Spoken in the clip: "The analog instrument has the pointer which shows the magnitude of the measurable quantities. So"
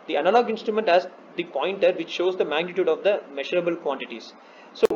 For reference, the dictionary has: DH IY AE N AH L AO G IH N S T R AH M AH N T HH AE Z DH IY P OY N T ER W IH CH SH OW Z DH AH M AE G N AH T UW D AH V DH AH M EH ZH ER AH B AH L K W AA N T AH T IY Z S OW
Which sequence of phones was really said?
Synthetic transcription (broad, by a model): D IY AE N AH L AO G IH N S T R AH M AH N T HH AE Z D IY P OY N T ER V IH CH SH OW Z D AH M AE G N AH T UW D AH V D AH M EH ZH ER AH B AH L K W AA N T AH T IY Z S OW